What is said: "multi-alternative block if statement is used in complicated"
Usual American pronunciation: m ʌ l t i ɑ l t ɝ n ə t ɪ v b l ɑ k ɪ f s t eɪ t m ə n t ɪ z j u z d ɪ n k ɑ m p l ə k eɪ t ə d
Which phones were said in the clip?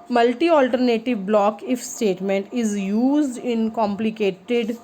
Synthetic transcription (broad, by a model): m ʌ l t i ɑ l t ɝ n ə t ɪ v b l ɑ k ɪ f s t eɪ t m ə n t ɪ z j u z d ɪ n k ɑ m p l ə k eɪ t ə d